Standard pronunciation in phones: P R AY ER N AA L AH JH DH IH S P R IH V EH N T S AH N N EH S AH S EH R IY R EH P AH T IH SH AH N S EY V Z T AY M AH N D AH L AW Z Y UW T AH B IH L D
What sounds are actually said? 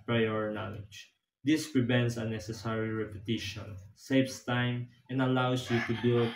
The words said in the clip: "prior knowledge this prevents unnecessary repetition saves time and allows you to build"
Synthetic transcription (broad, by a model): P R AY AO N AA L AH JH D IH S P R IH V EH N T S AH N N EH S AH S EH R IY R EH P AH T IH SH AH N S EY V S T AY M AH N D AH L AW S Y UW T AH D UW